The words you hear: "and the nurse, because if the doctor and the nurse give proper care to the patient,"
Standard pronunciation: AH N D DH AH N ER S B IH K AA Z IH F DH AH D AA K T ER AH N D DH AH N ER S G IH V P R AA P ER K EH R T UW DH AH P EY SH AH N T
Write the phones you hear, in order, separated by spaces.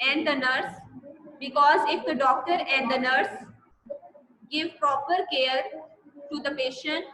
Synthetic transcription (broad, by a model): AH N D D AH N ER S B IH K AA Z IH F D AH D AA K T ER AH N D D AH N ER S G IH V P R AA P ER K EH R T UW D AH P EY SH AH N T